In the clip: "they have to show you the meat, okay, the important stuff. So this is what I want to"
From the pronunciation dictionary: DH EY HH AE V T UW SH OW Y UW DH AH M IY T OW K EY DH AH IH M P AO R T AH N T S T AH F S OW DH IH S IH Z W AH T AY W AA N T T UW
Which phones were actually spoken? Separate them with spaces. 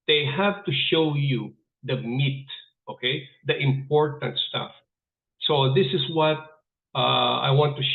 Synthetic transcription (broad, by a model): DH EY HH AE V T UW SH OW Y UW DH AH M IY T OW K EY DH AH IH M P AO R T AH N T S T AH F S OW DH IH S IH S W AH T AY W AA N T T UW